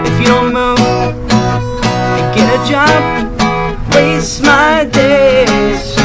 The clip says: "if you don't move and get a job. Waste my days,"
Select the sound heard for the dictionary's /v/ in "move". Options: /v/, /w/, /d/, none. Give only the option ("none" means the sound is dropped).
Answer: none